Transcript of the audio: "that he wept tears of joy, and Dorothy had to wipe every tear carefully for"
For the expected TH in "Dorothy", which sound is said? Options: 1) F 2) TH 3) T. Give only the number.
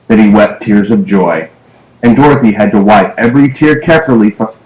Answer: 2